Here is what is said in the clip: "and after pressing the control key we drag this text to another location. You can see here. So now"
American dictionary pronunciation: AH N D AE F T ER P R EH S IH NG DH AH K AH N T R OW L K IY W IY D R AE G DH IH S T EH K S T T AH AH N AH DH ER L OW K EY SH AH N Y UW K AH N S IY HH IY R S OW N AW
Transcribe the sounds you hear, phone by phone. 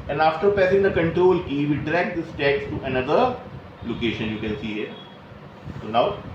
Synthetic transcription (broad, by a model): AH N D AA F T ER P EH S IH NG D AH K AH N T R OW L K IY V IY D R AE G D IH S T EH K S T T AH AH N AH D ER L OW K EY SH AH N Y UW K AH N S IY HH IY R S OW N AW